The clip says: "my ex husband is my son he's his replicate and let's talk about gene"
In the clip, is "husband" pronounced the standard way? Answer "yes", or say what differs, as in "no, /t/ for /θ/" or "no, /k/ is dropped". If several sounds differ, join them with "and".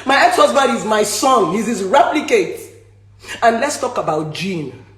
no, /n/ is dropped